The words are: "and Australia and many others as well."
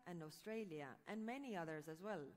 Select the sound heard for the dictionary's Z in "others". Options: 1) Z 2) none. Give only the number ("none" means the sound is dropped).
1